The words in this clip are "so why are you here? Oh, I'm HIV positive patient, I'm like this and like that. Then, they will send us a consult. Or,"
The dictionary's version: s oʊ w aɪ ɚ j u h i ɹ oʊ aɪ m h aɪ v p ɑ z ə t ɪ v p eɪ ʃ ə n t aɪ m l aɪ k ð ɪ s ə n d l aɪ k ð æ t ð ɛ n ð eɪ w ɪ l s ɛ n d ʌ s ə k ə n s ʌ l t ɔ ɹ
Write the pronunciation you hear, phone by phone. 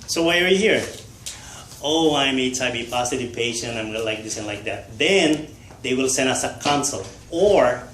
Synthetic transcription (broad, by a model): s oʊ w aɪ ɚ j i h i ɹ oʊ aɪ m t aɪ b p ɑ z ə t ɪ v p eɪ ʃ ə n t aɪ m l aɪ k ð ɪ s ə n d l aɪ k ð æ t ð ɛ n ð eɪ w ɪ l s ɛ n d ʌ s ə k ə n s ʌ l ɔ ɹ